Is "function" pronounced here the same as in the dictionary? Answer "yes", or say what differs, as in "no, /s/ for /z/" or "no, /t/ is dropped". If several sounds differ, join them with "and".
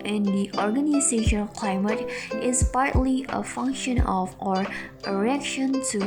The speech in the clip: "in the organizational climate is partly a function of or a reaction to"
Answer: yes